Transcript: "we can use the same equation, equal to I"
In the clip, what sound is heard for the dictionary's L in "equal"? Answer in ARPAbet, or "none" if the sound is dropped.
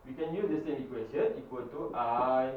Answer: N